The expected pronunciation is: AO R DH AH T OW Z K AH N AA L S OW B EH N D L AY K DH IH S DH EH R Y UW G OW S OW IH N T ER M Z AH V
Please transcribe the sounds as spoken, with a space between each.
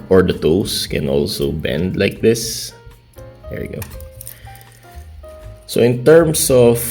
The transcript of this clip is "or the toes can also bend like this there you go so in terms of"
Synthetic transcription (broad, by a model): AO R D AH T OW S K AH N AA L S OW B EH N D L AY K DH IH S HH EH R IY G OW S OW IH N T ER M S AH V